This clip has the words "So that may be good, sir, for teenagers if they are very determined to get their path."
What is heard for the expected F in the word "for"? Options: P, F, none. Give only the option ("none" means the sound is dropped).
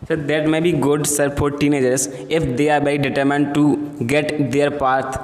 P